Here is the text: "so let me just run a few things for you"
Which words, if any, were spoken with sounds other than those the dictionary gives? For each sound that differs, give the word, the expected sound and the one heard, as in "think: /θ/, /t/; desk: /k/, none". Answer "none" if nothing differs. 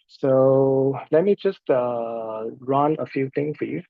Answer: things: /θ/, /t/; things: /z/, /s/